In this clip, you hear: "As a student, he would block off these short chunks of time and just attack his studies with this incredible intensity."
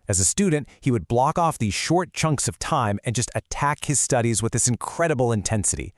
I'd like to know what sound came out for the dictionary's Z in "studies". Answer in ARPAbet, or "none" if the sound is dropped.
Z